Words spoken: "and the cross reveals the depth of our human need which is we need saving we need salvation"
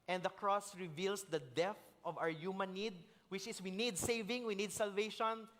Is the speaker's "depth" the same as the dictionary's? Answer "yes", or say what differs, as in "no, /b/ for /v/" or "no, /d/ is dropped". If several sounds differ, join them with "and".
no, /p/ is dropped